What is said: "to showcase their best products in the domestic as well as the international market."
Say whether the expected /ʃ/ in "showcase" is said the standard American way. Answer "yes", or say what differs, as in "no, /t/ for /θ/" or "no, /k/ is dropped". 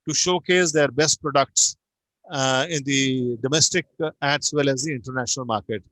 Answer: yes